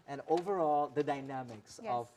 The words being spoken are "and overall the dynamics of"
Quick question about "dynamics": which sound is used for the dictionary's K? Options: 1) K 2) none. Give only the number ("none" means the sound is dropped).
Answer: 1